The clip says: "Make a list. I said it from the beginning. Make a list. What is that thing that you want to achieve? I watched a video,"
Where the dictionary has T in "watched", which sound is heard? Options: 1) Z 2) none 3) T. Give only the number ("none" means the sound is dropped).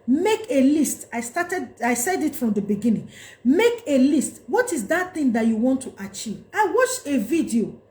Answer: 2